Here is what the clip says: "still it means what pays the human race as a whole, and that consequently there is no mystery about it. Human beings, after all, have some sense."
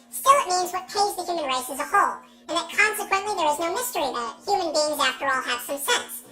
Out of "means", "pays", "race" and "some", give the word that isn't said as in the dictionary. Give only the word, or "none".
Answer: none